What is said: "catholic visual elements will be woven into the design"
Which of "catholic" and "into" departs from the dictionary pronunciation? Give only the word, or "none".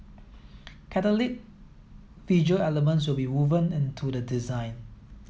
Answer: catholic